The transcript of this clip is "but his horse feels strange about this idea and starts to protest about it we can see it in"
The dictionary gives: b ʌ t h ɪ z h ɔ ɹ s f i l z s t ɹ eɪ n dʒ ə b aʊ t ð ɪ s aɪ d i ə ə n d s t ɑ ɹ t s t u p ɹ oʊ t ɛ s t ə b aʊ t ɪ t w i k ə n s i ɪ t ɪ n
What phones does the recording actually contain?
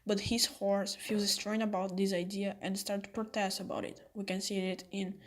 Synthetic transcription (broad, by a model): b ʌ t h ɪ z h ɔ ɹ s f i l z s t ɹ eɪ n ə b aʊ t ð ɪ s aɪ d i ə ə n d s t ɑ ɹ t t u p ɹ oʊ t ɛ s t ə b aʊ t ɪ t w i k ə n s i ɪ t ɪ n